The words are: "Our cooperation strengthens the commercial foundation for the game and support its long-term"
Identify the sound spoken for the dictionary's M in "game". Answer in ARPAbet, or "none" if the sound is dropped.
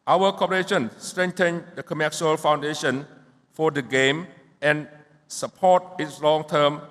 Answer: M